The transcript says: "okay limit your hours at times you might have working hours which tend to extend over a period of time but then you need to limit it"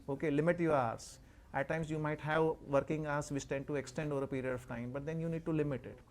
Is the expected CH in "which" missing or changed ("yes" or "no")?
yes